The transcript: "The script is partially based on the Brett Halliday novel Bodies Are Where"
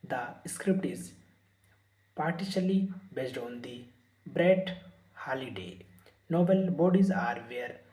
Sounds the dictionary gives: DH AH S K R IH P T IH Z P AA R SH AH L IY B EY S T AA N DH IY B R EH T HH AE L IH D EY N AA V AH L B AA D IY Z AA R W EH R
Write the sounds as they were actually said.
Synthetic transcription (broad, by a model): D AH S K R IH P T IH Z P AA R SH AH L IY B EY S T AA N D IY B R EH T HH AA L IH D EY N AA B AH L B AA D IY Z AA R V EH R